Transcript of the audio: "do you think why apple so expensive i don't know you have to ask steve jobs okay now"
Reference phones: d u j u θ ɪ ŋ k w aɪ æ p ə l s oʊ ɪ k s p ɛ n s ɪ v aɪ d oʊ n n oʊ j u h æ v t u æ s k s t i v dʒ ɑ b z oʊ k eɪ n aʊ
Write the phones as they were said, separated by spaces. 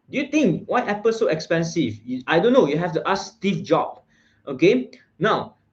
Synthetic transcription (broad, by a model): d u j u t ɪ ŋ k w aɪ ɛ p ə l s oʊ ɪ k s p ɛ n s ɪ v aɪ d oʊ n n oʊ j u h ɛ f t u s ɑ s t i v dʒ ɑ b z oʊ k eɪ n aʊ